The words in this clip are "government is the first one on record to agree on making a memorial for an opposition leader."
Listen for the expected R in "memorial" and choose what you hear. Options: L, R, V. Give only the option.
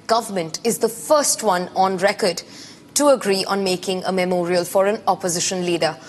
R